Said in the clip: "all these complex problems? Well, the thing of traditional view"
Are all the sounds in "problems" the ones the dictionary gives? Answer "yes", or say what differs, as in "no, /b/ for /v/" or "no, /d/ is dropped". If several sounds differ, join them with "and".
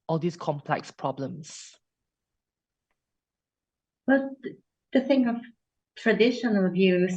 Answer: no, /s/ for /z/